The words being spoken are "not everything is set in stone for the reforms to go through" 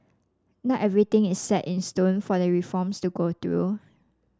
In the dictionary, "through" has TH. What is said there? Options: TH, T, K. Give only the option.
T